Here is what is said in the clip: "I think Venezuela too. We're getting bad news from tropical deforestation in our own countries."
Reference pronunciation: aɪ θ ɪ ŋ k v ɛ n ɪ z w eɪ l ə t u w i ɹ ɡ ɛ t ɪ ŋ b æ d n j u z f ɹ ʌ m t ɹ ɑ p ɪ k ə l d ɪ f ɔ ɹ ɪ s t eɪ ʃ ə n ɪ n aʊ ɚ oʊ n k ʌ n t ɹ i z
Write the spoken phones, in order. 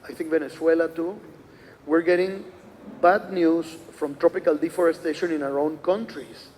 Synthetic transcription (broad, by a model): aɪ θ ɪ ŋ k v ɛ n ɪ s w eɪ l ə t u w i ɹ ɡ ɛ t ɪ ŋ b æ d n j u s f ɹ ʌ m t ɹ ɑ p ɪ k ə l d ɪ f ɔ ɹ ɪ s t eɪ ʃ ə n ɪ n aʊ ɚ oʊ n k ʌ n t ɹ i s